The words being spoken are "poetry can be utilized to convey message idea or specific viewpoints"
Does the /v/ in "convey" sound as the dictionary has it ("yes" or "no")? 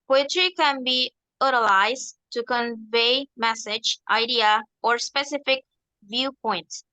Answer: yes